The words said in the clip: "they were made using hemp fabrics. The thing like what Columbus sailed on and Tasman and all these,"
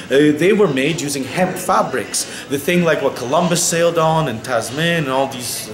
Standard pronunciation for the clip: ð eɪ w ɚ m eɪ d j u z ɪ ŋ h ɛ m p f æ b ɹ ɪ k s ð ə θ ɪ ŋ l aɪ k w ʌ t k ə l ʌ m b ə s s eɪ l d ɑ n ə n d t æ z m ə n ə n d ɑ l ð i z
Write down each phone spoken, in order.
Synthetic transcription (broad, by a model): ð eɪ w ɚ m eɪ d j u z ɪ ŋ h ɛ m p f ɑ b ɹ ɪ k s ð ə θ ɪ ŋ l aɪ k w ʌ t k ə l ʌ m b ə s s eɪ l d n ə n t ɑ z m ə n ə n ɑ l ð i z